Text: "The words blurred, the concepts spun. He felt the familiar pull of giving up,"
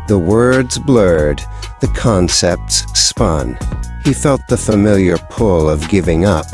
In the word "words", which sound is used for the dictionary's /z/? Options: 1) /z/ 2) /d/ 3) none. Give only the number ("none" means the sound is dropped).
1